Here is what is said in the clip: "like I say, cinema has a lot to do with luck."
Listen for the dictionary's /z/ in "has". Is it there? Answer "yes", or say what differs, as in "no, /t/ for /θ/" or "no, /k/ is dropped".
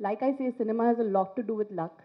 yes